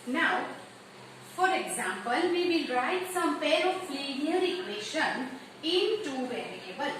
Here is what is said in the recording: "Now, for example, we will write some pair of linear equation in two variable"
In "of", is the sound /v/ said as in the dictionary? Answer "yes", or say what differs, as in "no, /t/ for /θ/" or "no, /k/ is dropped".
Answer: no, /p/ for /v/